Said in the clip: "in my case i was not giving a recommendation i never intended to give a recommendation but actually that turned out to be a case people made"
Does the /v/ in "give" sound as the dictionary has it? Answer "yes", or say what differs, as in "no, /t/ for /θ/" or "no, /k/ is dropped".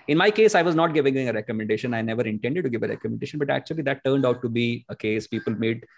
yes